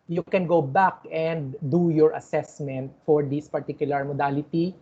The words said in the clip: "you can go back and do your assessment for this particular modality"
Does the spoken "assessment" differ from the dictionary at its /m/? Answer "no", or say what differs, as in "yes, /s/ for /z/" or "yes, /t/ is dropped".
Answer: no